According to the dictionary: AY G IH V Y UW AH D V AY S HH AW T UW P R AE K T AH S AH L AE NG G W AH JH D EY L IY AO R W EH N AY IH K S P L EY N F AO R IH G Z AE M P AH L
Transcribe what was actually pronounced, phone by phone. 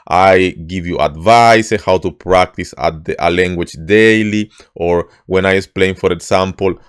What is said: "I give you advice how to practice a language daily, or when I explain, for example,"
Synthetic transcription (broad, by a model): AY G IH V Y UW AH D V AY S HH AW T UW P R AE K T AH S AH L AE NG G W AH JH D EY L IY AO R W EH N AY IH S P L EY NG F AO R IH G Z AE M P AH L